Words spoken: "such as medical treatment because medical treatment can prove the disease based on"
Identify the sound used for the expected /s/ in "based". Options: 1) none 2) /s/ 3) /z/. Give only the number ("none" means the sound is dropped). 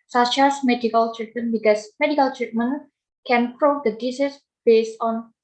2